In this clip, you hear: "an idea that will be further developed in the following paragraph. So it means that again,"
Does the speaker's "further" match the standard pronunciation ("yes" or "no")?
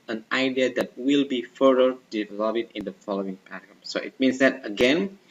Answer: no